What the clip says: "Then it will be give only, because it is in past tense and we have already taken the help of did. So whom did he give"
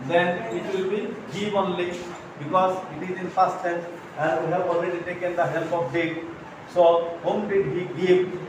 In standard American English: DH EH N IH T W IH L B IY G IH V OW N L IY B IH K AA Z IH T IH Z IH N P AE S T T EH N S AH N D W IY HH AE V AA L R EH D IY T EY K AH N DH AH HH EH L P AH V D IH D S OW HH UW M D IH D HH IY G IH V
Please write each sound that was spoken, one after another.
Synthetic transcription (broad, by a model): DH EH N IH T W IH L B IY G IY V OW N L IY B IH K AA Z IH T IH Z IH N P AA S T S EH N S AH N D W IY HH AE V AA L R EH D IY T EY K AH N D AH HH EH L P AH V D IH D S OW HH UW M D IH D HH IY G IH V